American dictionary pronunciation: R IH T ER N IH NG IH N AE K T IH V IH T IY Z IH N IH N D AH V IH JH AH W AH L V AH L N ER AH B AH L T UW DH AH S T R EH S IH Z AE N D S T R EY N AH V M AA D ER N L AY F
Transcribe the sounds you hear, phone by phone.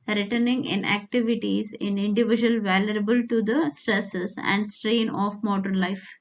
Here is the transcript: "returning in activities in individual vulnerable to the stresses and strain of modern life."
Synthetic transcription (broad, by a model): R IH T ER N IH NG IH N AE K T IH V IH T IY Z IH N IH N D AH V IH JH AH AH L V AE L ER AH B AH L T UW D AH S T R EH S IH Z AE N D S T R EY N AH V M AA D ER N L AY F